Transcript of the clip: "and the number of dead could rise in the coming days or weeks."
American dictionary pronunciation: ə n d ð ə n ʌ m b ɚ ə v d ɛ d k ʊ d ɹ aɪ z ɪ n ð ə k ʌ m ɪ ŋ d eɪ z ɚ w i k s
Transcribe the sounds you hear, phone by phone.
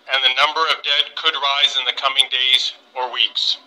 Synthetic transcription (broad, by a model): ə n ð ə n ʌ m b ɚ ə v d ɛ d k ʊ d ɹ aɪ z ɪ n ð ə k ʌ m ɪ ŋ d eɪ z ɚ w i k s